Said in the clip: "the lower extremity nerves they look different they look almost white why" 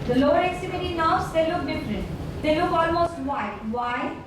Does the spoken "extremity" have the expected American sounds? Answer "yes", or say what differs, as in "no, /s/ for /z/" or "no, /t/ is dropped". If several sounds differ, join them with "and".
no, /ɹ/ is dropped